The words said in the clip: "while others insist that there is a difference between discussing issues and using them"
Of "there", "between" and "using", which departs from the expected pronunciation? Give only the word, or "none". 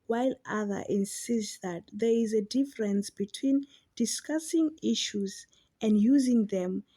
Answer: none